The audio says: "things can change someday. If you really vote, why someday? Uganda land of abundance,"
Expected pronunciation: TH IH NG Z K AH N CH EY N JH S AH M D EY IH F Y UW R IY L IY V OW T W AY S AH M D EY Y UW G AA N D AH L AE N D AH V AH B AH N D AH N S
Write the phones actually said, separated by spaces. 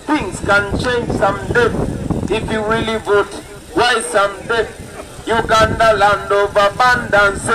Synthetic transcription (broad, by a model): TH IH NG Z K AH N CH EY N JH S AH M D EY IH F Y UW W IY L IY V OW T W AY S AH M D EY Y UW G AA N D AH L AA N D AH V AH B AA N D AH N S